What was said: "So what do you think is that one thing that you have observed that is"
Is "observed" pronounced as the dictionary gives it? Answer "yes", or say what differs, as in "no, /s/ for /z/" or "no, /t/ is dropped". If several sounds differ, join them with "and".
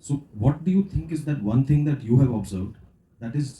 yes